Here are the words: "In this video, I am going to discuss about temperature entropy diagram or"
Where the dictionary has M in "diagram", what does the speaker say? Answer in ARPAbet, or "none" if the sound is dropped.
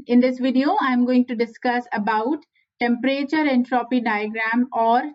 M